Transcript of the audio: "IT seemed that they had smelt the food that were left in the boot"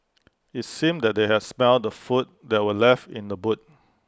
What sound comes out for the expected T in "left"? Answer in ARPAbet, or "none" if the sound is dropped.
T